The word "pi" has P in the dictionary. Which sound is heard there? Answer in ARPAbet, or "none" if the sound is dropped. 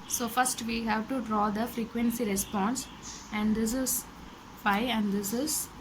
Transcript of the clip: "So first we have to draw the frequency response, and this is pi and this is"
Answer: F